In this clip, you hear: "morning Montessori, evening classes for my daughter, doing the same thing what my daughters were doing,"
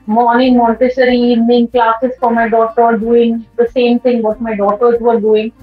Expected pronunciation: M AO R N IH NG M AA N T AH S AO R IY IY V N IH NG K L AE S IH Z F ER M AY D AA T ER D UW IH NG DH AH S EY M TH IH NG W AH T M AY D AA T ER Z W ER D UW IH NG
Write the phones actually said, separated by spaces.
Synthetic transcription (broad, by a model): M AO R N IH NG M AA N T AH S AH R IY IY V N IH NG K L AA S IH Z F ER M AY D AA T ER D UW IH NG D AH S EY M T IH NG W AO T M AY D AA T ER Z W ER D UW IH NG